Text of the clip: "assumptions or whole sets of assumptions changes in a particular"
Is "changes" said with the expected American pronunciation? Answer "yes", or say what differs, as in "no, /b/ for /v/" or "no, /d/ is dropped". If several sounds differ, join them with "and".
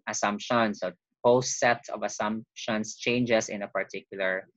no, /s/ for /z/